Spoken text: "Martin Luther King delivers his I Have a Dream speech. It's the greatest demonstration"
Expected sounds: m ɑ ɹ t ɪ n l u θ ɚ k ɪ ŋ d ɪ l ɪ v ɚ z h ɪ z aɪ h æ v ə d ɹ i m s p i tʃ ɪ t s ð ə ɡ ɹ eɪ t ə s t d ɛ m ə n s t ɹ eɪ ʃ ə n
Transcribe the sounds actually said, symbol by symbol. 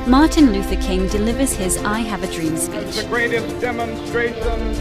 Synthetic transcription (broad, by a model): m ɑ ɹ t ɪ n l u θ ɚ k ɪ ŋ d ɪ l ɪ v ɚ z h ɪ z aɪ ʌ v ə d ɹ i m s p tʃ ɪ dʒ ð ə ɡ ɹ eɪ t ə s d ɛ m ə n s t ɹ eɪ ʃ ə n